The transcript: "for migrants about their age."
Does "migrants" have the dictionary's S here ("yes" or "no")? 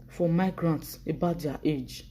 yes